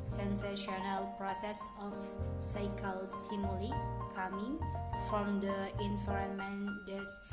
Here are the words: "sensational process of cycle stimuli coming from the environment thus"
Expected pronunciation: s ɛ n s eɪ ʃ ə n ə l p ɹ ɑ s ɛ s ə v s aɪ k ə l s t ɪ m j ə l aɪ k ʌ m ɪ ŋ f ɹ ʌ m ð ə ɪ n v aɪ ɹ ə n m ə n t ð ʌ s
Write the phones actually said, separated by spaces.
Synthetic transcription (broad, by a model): s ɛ n s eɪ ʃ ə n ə l p ɹ ɑ s ɛ s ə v s aɪ k ə l s t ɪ m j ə l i k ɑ m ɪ ŋ f ɹ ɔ m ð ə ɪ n f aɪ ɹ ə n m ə n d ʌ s